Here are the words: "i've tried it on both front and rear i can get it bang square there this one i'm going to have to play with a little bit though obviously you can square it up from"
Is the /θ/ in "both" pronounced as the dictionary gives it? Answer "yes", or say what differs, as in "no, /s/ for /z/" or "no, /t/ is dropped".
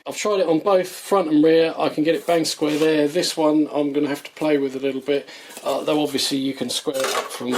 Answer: yes